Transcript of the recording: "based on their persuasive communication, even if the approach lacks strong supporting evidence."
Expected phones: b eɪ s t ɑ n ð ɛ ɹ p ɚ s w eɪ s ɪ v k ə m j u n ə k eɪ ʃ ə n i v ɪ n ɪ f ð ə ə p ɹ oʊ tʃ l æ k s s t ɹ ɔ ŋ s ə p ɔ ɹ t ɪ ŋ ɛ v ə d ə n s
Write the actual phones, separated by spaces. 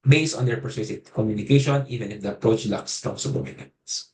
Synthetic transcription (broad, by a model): b eɪ s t ɑ n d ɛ ɹ p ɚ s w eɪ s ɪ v k ə m j u n ə k eɪ ʃ ə n i v ɪ n ɪ f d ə ə p ɹ oʊ tʃ l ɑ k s s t ɔ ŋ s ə b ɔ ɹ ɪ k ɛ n s